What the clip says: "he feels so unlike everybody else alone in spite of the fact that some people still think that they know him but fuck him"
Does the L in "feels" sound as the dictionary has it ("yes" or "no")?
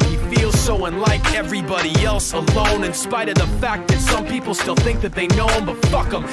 yes